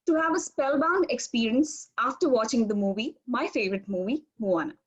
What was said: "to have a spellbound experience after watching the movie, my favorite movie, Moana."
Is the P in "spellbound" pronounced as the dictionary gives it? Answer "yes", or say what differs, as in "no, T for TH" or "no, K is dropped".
yes